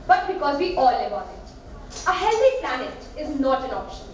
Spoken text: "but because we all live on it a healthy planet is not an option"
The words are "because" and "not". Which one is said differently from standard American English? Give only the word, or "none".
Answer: none